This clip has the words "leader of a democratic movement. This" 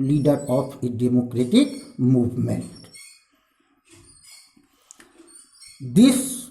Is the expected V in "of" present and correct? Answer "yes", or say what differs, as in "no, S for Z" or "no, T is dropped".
no, P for V